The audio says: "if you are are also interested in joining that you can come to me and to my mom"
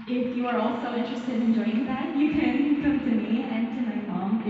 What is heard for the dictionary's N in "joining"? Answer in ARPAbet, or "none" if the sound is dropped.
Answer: none